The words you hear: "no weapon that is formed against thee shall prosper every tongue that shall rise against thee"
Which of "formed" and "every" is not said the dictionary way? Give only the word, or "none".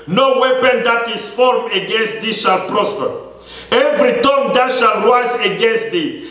formed